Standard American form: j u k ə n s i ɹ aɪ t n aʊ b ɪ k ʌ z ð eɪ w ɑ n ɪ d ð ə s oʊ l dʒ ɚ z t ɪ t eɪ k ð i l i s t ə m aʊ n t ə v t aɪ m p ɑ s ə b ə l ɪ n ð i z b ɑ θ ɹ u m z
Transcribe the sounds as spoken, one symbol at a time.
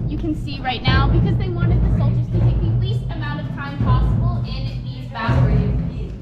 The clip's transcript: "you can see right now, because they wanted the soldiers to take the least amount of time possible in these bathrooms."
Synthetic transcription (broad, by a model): j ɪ k ə n s i ɹ aɪ t n aʊ b ɪ k ʌ z ð eɪ w ɑ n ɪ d ð ə s oʊ l dʒ ɚ z t ɪ t eɪ k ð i l i s t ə m aʊ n t ə v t aɪ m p ɑ s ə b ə n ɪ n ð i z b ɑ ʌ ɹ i